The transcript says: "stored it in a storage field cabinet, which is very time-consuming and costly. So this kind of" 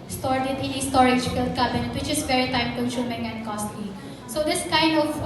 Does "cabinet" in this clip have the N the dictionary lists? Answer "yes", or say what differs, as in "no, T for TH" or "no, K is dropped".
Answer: no, N is dropped